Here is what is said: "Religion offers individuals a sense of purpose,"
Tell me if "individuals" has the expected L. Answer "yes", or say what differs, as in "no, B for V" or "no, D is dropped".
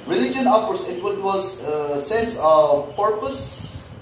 no, L is dropped